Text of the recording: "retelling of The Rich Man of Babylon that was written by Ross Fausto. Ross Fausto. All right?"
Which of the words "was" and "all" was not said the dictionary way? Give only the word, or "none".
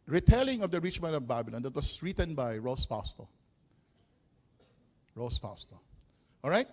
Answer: was